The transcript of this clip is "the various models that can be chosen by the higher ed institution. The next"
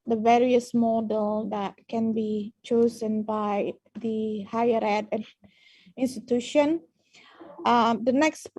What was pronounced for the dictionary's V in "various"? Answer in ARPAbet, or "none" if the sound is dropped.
V